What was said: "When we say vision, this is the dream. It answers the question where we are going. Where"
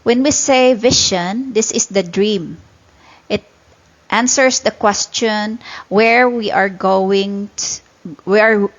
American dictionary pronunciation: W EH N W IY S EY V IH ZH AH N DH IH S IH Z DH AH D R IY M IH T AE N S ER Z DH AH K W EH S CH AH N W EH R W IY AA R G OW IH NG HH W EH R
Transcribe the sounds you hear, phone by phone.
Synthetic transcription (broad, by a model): W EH N W IY S EY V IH SH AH N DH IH S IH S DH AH D R IY M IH T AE N S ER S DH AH K W EH S CH AH N W EH R W IY AA R G OW IH NG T W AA R